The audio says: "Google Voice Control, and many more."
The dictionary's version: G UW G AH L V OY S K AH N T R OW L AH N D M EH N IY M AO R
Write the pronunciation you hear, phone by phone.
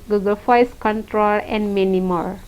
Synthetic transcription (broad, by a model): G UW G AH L F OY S K AH N T R OW L AH N D M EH N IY M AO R